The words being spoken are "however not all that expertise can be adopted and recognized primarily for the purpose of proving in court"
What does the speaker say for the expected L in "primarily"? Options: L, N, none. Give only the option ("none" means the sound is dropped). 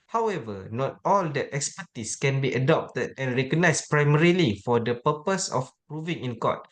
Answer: L